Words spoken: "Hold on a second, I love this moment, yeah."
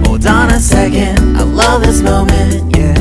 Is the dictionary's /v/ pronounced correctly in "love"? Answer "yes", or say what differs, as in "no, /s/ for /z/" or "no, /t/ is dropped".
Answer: yes